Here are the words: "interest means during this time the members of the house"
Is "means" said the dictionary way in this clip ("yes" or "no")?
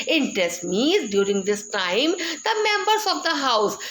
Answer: no